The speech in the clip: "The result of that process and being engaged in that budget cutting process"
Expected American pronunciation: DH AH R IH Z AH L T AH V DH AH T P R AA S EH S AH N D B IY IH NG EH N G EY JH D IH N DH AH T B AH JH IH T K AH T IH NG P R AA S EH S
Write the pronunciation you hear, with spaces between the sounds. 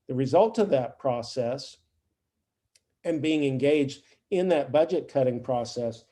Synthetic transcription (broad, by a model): DH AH R IH Z AH L T AH V DH AH T P R AA S EH S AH N B IY IH NG EH N G EY JH D IH N DH AH T B AH JH IH T K AH T IH NG P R AA S EH S